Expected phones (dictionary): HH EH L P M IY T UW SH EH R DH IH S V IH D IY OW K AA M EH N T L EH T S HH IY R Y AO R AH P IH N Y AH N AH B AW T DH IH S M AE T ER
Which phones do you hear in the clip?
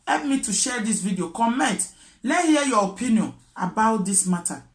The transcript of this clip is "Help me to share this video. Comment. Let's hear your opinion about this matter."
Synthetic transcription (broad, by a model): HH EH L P M IY T UW SH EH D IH S V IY D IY OW K AA M EH N T L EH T HH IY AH Y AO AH P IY N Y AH N AH B AW T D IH S M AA T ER